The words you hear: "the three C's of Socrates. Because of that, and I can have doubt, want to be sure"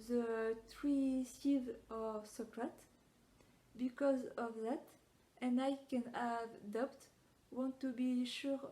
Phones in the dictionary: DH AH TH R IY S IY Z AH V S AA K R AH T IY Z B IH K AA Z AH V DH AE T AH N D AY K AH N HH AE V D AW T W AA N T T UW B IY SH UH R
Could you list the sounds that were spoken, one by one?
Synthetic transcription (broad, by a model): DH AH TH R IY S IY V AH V S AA K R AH T B IH K AA Z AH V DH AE T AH N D AY K AH N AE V D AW T W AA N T T UW B IY SH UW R